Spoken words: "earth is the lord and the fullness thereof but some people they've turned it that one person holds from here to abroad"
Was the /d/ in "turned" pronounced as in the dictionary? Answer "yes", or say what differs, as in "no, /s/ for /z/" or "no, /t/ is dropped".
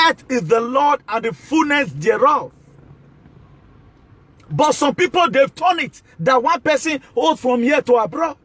no, /d/ is dropped